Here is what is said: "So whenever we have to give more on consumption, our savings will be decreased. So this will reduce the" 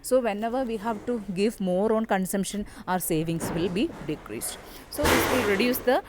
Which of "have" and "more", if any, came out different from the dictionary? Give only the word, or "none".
none